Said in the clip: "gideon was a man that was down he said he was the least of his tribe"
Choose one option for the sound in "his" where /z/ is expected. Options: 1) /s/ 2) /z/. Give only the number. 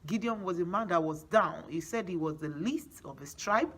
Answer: 1